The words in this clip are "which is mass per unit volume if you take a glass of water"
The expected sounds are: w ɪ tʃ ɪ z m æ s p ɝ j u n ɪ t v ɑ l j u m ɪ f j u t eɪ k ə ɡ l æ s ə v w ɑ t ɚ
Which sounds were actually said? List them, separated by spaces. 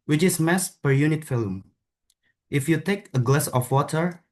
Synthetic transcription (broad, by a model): w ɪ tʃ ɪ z m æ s p ɝ j u n ɪ t f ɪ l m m ɪ f j u t eɪ k ə ɡ l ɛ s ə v w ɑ t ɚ